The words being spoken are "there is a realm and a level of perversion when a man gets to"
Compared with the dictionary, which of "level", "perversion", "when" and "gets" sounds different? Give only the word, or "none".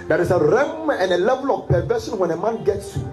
perversion